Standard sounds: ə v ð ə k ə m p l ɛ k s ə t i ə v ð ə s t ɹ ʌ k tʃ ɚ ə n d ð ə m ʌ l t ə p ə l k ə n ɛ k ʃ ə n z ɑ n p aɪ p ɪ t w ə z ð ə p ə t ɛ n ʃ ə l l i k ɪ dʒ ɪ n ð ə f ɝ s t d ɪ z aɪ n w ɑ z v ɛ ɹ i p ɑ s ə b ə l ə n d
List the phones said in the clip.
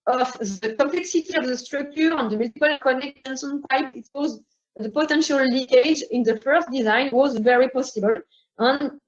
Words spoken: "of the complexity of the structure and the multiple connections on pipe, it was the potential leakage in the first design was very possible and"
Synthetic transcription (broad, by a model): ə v ð ə k ə m p l ɛ k s ə t i ə v ð ə s t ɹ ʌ k tʃ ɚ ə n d ð ə m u t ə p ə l k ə n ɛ k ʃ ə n s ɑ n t aɪ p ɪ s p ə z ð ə p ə t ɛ n ʃ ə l l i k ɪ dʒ ɪ n ð ə f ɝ s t d ɪ z aɪ n w ɑ z v ɛ ɹ i p ɑ s ə b ə l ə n